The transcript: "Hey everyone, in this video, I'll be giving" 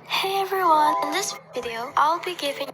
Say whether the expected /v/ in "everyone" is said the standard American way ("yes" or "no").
yes